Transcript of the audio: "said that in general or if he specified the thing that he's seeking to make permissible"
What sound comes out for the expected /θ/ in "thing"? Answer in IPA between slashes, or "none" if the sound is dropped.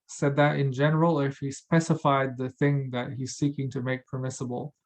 /θ/